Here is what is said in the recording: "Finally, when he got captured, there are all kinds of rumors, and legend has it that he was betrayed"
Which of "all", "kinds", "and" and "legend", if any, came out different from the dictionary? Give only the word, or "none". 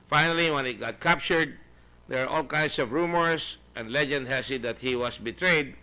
kinds